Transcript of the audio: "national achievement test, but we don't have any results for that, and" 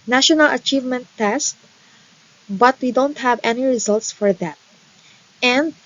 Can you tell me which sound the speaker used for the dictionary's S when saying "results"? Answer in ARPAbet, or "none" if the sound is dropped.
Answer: S